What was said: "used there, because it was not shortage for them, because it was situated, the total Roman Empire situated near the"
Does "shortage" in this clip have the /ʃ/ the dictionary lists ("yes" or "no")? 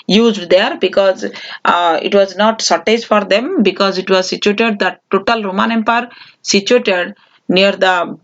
no